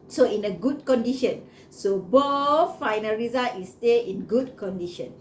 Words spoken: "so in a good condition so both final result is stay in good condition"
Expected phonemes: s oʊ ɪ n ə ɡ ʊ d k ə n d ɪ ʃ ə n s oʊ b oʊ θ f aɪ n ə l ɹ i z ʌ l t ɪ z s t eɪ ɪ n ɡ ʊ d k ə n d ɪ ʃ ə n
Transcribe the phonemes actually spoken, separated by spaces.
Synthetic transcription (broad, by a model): s oʊ ɪ n ə ɡ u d k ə n d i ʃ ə n s oʊ b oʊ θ f aɪ n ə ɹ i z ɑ t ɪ s t eɪ ɪ n ɡ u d k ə n d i ʃ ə n